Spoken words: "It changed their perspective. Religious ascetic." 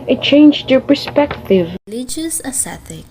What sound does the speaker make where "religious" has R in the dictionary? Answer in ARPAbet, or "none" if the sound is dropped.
L